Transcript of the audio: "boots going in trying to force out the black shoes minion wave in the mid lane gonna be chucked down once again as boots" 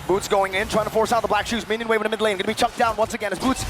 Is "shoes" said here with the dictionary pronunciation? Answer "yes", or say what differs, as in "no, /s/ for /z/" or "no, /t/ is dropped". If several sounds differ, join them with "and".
yes